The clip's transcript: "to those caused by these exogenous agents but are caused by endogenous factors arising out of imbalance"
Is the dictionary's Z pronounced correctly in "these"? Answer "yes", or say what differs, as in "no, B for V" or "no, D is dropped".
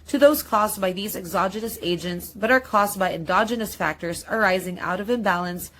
yes